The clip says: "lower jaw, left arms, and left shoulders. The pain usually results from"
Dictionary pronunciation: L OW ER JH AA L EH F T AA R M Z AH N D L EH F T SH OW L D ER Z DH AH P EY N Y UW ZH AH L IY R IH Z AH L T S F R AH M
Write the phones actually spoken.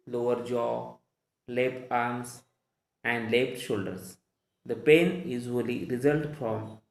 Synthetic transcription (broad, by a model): L OW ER JH AA L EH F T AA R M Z AH N D L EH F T SH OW L D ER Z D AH P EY N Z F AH L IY R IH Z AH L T F R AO M